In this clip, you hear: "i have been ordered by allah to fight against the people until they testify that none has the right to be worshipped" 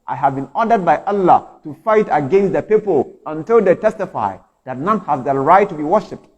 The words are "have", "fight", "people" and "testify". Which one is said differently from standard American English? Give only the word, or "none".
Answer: none